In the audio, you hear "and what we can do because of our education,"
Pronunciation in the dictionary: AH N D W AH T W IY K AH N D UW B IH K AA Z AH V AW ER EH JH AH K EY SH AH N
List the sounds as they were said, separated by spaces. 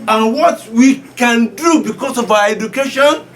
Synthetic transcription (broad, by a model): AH N W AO T W IY K AH N D UW B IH K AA S AH V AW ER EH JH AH K EY SH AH N